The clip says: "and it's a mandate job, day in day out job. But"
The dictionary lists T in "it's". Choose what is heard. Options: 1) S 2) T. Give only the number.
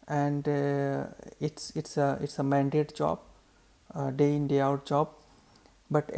2